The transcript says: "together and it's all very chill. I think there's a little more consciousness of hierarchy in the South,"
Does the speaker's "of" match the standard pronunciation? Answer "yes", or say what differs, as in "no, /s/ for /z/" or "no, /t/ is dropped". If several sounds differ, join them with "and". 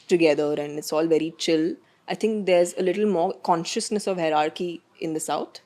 yes